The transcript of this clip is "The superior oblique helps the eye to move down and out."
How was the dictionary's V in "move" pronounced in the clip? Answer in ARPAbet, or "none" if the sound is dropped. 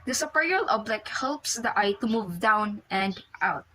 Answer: V